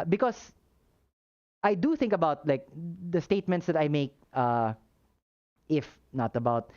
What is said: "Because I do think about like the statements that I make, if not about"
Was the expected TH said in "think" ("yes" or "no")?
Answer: yes